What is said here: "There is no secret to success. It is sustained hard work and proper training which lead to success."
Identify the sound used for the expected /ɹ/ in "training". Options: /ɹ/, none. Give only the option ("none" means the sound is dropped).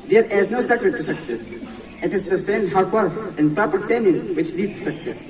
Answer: none